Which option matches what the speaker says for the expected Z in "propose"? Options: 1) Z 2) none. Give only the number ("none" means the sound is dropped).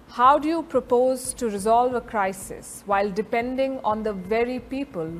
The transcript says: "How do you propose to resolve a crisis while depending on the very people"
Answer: 1